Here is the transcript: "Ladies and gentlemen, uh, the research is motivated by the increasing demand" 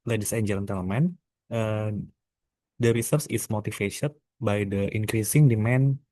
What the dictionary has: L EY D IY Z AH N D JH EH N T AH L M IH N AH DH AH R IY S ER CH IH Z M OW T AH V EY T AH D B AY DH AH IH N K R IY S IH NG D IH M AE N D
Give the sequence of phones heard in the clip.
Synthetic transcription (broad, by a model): L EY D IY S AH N JH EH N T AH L M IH N AH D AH R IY S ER S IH S M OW T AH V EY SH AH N B AY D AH IH N K R IY S IH NG D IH M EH N